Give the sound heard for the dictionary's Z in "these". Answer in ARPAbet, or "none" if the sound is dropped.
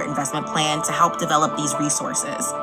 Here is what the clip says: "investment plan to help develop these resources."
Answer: Z